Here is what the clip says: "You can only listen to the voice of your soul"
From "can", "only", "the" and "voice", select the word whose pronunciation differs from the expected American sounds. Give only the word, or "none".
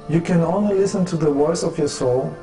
voice